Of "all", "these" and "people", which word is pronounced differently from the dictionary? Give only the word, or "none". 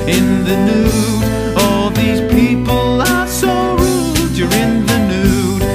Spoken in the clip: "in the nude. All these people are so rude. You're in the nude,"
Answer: none